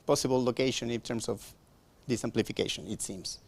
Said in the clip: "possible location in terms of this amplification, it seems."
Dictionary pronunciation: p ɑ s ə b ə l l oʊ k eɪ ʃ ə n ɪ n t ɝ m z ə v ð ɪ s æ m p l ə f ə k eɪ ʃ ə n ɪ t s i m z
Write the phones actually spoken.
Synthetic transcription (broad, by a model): p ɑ s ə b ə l l oʊ k eɪ ʃ ə n ɪ n t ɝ m s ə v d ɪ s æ m p l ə f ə k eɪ ʃ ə n ɪ t s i m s